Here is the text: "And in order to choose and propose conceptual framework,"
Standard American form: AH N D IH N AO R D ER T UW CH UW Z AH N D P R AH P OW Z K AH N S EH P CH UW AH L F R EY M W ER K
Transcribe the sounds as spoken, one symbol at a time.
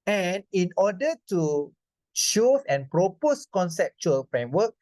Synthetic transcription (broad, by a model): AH N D IH N AO D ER T UW SH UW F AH N P R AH P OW S K AH N S EH P CH UW AH L F R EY M W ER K